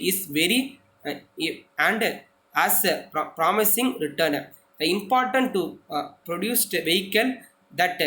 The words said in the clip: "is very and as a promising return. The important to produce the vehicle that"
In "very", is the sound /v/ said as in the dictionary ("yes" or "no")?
yes